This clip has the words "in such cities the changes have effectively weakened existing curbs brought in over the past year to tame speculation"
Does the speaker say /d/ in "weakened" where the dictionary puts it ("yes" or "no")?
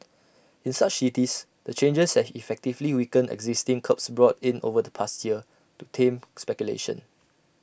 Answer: no